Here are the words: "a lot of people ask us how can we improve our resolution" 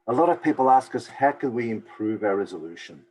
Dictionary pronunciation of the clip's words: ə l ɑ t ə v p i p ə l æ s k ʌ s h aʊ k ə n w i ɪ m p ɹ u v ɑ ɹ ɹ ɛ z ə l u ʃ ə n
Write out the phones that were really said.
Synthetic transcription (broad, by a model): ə l ɑ t ə v p i p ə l æ s k ʌ s h aʊ k ə n w i ɪ m p ɹ u v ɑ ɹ ɹ ɛ z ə l u ʃ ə n